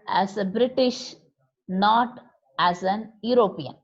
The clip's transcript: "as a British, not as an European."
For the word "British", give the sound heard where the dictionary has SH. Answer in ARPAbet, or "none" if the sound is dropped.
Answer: SH